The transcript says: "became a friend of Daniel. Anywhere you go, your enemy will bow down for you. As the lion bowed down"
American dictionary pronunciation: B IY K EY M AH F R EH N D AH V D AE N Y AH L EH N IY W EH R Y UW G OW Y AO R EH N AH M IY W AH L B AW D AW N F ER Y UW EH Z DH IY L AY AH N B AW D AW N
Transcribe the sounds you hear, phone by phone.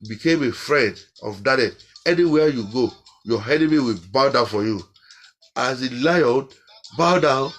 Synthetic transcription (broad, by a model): B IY K EY M AH F R EH N D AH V D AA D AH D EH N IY W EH Y UW G OW Y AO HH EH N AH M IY W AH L B AW D AW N F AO Y UW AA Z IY L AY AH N B AW D AW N